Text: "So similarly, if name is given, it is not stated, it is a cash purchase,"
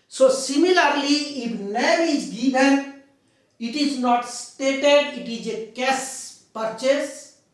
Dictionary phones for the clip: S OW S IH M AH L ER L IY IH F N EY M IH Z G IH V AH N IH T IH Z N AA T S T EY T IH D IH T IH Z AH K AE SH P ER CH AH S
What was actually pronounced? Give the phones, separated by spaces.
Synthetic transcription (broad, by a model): S OW S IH M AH L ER L IY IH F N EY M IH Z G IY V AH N IH T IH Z N AA T S T EY T IH D IH T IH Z AH K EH S P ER CH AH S